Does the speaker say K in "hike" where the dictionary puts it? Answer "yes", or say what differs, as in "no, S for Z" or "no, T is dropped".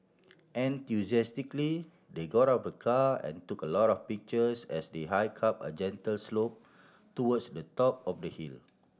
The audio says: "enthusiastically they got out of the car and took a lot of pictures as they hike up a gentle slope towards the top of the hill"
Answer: yes